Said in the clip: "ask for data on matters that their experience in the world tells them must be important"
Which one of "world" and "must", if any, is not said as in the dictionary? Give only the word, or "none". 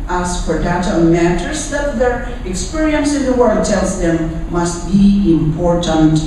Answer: world